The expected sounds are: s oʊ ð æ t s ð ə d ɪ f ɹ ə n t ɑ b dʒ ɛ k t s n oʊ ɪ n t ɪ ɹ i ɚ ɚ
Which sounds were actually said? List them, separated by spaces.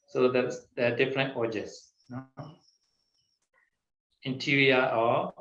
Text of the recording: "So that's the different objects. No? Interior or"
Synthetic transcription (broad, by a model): s oʊ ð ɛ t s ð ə d ɪ f ɹ ə n t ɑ dʒ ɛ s n oʊ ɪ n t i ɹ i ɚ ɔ